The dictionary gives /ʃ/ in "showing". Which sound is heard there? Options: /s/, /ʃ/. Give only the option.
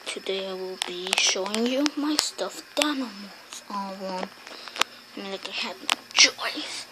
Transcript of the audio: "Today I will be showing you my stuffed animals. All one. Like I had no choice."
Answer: /ʃ/